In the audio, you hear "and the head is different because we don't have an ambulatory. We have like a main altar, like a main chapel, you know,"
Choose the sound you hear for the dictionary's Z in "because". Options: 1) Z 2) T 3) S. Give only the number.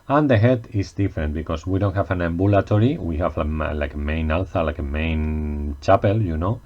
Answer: 3